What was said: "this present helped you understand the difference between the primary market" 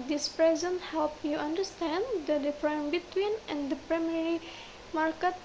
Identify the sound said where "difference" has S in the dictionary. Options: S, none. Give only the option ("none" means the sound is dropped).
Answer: none